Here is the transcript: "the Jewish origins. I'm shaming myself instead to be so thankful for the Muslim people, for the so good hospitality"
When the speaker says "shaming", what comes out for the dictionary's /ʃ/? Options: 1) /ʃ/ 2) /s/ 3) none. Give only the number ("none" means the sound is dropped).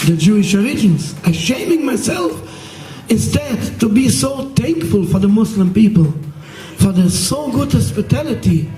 1